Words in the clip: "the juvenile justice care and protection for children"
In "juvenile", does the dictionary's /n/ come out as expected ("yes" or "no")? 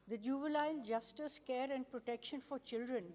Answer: no